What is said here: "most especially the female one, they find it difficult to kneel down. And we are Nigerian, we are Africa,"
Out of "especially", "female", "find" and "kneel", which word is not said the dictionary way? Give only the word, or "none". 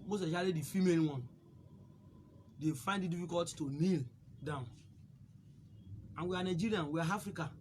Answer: especially